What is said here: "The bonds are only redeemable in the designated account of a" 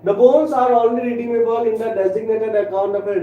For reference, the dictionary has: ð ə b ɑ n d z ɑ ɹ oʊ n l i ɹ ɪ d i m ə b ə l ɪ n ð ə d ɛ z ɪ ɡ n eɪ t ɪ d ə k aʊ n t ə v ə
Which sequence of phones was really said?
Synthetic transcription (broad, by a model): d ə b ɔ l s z ɑ ɹ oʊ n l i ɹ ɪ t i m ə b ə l ɪ n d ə d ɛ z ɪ ɡ n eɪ t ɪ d ə k aʊ n t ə b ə